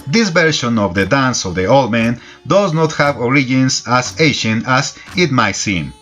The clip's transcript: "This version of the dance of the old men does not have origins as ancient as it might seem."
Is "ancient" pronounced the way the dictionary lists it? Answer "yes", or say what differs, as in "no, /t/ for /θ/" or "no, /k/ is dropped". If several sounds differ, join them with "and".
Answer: no, /n/ is dropped and /t/ is dropped